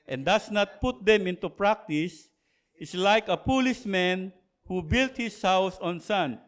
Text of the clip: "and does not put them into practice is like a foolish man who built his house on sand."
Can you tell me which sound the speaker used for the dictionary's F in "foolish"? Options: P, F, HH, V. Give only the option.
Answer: P